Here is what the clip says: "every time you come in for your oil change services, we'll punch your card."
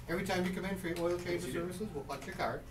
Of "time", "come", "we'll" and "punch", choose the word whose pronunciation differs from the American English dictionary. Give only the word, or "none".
punch